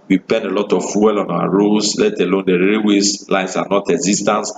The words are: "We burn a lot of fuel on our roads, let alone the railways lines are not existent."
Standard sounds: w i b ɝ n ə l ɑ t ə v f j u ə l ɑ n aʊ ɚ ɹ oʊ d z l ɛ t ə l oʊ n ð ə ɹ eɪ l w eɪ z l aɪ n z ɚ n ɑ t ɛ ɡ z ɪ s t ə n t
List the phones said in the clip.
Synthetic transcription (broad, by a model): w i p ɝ n ə l ɑ t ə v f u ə l ɑ n aʊ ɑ ɹ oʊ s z l ɛ t ə l oʊ n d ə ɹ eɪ w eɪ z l aɪ n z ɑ n ɑ t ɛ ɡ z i s t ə n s